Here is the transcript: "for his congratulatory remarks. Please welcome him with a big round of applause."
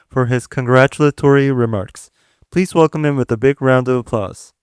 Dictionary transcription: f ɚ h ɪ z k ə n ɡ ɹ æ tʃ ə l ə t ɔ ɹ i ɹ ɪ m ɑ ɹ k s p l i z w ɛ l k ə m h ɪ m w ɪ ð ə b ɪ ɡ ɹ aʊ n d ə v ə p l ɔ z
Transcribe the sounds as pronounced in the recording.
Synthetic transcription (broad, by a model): f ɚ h ɪ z k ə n ɡ ɹ æ tʃ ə l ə t ɔ ɹ i ɹ ɪ m ɑ ɹ k s p l i z w ɛ l k ə m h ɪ m w ɪ ð ə b ɪ ɡ ɹ aʊ n d ə v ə p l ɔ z